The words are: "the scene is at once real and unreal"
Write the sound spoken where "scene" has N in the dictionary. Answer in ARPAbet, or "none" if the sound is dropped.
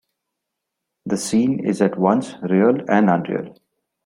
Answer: N